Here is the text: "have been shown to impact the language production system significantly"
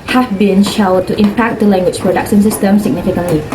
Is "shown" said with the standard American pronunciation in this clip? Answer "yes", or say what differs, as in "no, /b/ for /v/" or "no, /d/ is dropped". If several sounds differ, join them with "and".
no, /l/ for /n/